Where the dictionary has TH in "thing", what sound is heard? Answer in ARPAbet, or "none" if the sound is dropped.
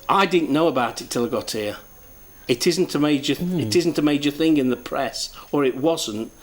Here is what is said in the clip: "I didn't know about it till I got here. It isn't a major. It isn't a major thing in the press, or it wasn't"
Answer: TH